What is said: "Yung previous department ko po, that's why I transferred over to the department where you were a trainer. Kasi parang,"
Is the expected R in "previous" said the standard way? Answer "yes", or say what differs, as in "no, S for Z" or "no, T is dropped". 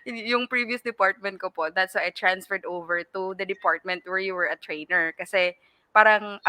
yes